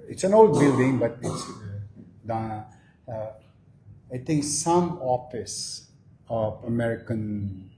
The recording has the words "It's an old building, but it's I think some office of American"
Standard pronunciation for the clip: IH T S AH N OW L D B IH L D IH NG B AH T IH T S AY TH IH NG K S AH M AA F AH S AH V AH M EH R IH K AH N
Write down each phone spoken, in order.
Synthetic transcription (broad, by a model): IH T S AH N OW L D B IH L D IH NG B AH T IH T S AY T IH NG K S AH M AA F AH S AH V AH M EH R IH K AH N